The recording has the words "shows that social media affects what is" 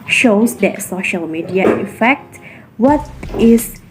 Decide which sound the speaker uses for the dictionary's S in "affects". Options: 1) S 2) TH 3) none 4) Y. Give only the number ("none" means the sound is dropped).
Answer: 3